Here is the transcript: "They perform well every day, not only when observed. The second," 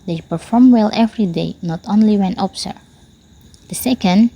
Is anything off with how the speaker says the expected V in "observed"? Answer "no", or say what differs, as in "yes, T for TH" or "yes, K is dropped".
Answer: yes, V is dropped